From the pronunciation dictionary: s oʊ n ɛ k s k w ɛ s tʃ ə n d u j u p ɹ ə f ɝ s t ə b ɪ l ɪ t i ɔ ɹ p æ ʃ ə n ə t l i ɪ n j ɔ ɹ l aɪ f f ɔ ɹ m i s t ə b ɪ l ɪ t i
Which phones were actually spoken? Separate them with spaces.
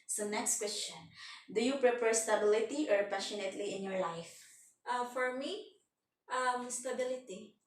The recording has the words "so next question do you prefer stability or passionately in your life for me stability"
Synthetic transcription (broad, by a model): s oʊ n ɛ k s k w ɛ s tʃ ə n d u j u p ɹ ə p ɝ s t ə b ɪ l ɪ t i ɔ ɹ p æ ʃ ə n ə t l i ɪ n j ɔ ɹ l aɪ f f ɔ ɹ m i s t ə b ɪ l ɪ t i